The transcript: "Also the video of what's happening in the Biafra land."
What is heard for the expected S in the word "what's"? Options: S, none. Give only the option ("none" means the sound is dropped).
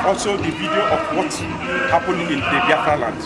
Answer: none